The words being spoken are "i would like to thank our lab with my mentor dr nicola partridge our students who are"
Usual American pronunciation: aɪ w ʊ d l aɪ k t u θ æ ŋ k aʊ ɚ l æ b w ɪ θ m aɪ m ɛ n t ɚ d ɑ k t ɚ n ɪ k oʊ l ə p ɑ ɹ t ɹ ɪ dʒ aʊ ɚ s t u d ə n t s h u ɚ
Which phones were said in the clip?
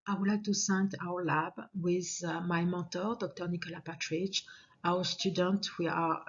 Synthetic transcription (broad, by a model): aɪ w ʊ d l aɪ k t u s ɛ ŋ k aʊ ɚ l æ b w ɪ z m aɪ m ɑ t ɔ d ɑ k t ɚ n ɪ k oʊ l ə p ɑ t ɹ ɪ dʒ aʊ ɚ s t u d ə n t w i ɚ